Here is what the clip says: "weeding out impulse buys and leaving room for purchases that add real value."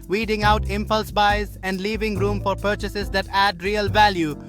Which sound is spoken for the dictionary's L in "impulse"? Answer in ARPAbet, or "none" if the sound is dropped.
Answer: L